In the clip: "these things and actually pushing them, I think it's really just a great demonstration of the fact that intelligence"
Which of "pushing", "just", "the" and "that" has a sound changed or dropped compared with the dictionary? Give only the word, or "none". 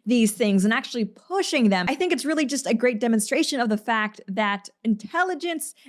none